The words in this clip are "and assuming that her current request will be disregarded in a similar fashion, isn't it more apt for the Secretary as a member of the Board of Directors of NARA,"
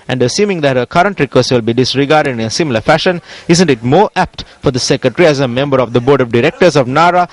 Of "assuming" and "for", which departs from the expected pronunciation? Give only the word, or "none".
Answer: none